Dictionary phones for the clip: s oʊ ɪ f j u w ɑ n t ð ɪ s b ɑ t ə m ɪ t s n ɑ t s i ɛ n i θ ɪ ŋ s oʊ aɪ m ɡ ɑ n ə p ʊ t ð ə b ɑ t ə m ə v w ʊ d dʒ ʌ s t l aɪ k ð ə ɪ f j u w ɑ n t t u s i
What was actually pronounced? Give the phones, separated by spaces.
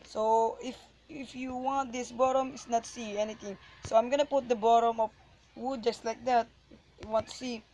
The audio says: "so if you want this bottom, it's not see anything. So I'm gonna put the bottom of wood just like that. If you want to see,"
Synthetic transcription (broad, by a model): s oʊ ɪ f j u w ɑ n t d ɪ s b ɑ t ə m ɪ t s n ɑ t s i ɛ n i t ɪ ŋ s oʊ aɪ m ɡ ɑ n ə p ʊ t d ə b ɑ t ə m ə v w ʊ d dʒ ʌ s t l aɪ k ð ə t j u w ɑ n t t u s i